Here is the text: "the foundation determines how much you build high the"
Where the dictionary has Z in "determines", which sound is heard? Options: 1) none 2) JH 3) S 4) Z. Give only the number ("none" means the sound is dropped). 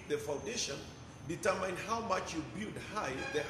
1